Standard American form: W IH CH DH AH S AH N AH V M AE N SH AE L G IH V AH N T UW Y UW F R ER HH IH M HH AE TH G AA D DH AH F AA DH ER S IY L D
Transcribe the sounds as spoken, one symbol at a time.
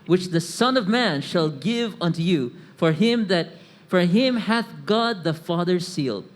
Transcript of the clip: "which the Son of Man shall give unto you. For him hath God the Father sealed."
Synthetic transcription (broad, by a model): W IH CH DH AH S AH N AH V M AE N SH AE L G IH V AH N T UW Y UW F R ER HH IH M HH AE TH G AA D DH AH F AA DH ER S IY L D